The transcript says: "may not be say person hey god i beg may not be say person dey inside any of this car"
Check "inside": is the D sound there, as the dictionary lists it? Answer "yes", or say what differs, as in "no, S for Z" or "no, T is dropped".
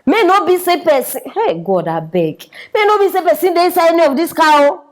no, D is dropped